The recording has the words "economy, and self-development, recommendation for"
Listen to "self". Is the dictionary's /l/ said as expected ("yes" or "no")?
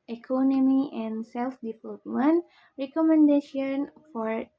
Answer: yes